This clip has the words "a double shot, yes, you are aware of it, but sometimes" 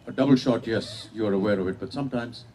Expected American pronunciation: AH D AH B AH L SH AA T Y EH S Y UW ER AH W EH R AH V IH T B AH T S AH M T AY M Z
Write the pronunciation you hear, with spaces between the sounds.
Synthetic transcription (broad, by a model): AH D AH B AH L SH AA T Y EH S Y UW ER AH W EH R AH V IH T B AH T S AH M T AY M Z